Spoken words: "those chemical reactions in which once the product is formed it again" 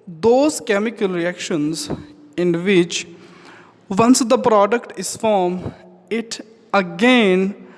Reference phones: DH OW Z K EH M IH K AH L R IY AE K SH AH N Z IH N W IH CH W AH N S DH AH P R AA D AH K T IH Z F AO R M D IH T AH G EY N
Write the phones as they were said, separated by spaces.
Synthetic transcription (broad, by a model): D OW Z K EH M IH K AH L R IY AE K SH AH N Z IH N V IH CH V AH N S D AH P R AA D AH K T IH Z F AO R M IH T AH G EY N